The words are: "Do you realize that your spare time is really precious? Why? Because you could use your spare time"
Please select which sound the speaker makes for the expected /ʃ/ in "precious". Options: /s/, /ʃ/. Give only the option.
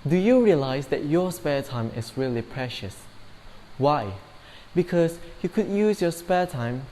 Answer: /ʃ/